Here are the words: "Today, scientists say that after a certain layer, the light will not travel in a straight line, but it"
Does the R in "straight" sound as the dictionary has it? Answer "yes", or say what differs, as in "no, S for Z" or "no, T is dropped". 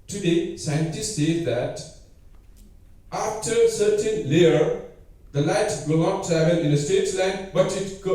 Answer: no, R is dropped